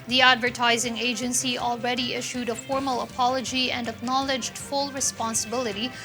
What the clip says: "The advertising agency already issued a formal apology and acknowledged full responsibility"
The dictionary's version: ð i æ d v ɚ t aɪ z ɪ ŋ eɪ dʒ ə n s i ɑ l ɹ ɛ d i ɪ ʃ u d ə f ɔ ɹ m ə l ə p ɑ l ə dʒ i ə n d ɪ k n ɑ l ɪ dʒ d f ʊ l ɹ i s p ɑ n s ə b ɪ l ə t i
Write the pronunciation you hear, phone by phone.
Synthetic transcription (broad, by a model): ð i æ d v ɚ t aɪ z ɪ ŋ eɪ dʒ ə n s i ɑ l ɹ ɛ d i ɪ ʃ u d ə f ɔ ɹ m ə l ə p ɑ l ə dʒ i ə n d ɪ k n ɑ l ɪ dʒ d f ʊ l ɹ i s p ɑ n s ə b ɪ l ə t i